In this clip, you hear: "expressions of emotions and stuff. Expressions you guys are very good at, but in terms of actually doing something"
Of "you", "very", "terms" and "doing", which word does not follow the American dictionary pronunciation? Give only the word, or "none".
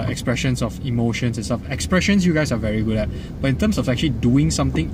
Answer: terms